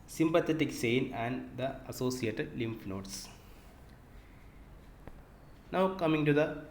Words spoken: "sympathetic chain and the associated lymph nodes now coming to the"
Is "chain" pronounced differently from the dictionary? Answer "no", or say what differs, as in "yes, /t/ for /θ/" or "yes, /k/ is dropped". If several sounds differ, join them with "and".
yes, /s/ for /tʃ/